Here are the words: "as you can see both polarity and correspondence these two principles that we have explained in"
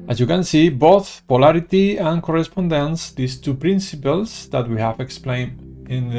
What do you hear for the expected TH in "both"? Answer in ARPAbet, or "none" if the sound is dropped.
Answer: TH